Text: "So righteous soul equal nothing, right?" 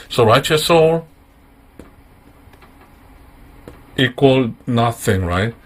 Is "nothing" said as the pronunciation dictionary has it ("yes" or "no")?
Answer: yes